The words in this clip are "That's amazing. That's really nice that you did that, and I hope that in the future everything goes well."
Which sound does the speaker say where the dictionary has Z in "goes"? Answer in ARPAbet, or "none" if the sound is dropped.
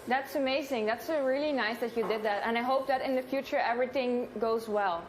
Z